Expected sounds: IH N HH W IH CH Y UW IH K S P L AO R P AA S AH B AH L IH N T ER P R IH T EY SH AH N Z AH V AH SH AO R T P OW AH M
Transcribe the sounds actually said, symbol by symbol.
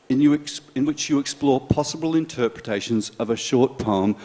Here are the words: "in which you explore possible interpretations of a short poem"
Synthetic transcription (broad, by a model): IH N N W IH CH Y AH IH K S P L AO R P AA S AH B AH L IH N T ER P R IH T EY SH AH N Z AH V AH SH AO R T P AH M